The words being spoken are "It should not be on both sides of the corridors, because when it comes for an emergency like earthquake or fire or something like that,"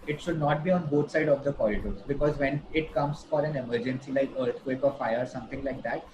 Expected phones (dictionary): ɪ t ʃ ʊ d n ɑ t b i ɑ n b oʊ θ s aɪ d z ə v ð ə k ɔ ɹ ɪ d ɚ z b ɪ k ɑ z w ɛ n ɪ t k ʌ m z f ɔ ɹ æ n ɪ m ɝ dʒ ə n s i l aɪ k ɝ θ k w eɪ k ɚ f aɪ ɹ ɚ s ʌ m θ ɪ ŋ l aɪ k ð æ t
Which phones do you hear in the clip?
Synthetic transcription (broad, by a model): ɪ t ʃ ʊ d n ɑ t b i ɑ n b oʊ t s aɪ d ə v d ə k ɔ l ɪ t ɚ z b ɪ k ɑ z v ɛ n ɪ t k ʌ m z f ɔ ɹ æ n ɪ m ɝ dʒ ə n s i l aɪ k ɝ t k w eɪ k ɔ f aɪ ɚ s ʌ m t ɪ ŋ l aɪ k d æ t